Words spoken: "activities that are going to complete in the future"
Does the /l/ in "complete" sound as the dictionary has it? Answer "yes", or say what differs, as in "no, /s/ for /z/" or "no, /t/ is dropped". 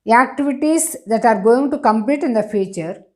yes